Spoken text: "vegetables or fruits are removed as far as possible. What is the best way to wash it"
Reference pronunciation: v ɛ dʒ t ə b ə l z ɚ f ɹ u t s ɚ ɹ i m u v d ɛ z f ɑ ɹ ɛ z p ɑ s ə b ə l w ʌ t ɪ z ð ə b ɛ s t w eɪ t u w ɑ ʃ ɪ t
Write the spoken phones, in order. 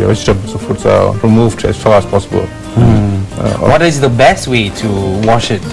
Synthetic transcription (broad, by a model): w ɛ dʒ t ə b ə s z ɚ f u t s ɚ ɹ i m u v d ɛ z f ɑ ɹ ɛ s p ɑ s ə b ə l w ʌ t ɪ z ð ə b ɛ s t w eɪ t u w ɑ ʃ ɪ t